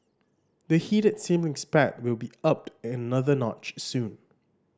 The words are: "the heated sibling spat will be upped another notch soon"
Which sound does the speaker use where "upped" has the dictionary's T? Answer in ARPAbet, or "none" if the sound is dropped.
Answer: T